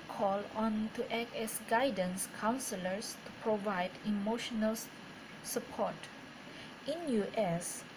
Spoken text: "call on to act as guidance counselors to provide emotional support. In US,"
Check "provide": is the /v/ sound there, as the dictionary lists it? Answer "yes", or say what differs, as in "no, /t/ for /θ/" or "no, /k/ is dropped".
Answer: yes